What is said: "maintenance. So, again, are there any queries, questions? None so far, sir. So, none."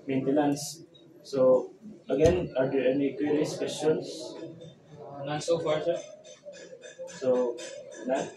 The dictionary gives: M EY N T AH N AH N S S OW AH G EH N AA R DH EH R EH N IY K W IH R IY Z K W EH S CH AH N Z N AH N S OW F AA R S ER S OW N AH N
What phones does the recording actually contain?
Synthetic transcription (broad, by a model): M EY N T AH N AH N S S OW AH G EH N AA R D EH R EH N IY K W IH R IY S K W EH S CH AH N S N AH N S OW F AA R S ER S OW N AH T